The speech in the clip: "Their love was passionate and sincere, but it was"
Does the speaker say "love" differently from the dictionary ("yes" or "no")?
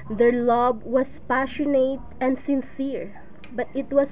yes